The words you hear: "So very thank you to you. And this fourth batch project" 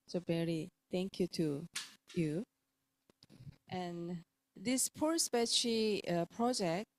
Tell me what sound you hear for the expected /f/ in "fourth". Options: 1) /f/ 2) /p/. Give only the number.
2